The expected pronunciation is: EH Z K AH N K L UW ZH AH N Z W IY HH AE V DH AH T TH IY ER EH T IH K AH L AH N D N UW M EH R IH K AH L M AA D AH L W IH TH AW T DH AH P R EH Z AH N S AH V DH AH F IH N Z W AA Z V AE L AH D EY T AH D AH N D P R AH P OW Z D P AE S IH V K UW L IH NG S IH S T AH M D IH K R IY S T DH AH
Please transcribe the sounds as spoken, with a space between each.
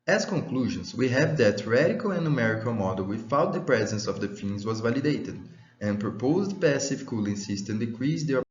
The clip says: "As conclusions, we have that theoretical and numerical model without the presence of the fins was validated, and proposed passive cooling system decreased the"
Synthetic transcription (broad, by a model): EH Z K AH K L UW ZH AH N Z W IY HH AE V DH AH T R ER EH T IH K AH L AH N N UW M EH R IH K AH L M AA D AH L W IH F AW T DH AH P R EH Z AH N S AH V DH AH F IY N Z W AA Z V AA L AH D EY T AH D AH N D P R AH P OW Z D P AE S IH F K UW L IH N S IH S T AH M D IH K R IY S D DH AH